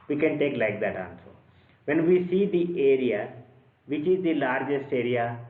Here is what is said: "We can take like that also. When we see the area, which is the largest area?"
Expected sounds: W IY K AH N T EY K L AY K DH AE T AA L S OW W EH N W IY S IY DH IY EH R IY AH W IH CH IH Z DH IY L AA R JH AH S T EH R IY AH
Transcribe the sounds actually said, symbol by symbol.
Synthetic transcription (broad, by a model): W IY K AH N T EY K L AY K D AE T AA N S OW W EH N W IY S IY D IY EH R IY AH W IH CH IH Z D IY L AA R JH AH S T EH R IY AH